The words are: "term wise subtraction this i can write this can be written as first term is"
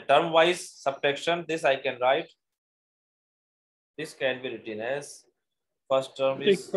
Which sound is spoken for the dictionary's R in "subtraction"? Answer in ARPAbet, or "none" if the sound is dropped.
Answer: none